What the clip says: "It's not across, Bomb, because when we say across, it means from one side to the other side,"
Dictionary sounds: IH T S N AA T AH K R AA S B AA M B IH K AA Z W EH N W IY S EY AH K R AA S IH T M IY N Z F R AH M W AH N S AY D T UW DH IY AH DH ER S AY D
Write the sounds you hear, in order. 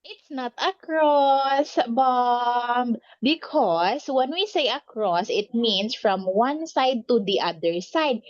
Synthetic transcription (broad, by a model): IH T S N AA T AH K R AA S B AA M B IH K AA S W EH N W IY S EY AH K R AA S IH T M IY N S F R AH M W AH N S AY D T UW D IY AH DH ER S AY D